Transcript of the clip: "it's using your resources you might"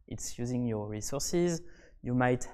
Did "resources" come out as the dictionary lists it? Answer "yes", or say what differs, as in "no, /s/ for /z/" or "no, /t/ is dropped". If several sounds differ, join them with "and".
yes